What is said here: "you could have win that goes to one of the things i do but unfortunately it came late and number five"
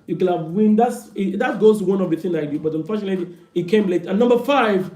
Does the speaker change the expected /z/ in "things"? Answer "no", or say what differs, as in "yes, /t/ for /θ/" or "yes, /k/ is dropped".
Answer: yes, /z/ is dropped